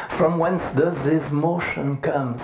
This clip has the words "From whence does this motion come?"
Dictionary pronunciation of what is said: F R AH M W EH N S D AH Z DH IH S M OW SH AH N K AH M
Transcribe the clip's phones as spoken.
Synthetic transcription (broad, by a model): F R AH M W EH N S D AH Z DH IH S M OW SH AH N K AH M